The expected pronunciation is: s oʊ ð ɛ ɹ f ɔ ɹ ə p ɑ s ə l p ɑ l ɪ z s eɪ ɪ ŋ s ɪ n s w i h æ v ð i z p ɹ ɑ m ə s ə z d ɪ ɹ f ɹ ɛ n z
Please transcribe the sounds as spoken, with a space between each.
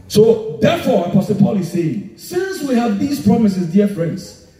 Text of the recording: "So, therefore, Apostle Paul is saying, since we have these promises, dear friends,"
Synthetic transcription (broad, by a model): s oʊ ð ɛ f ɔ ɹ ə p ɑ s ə p ɑ l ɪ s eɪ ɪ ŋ s ɪ n s w i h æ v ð i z p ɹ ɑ m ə s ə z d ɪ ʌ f ɹ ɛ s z